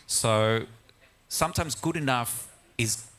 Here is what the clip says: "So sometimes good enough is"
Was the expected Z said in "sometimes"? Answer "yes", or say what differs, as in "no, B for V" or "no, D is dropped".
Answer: yes